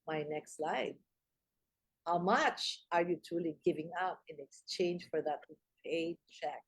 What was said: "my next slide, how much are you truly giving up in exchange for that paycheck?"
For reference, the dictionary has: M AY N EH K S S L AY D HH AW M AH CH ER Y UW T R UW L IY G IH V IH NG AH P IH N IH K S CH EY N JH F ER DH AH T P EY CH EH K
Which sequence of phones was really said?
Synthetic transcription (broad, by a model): M AY N EH K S S L AY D HH AW M AH CH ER Y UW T UW L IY G IH V IH NG AH P IH N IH K S CH EY N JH F ER DH AH T P EY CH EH K